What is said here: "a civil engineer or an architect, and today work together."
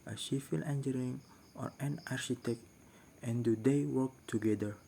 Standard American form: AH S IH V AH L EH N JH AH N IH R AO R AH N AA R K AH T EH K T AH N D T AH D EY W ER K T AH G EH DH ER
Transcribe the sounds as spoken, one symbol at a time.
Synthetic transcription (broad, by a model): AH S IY F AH L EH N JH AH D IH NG AO R AH N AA R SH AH T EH K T AH N D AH D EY W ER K T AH G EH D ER